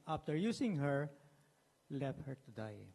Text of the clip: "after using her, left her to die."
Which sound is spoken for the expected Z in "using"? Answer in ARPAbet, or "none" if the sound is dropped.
S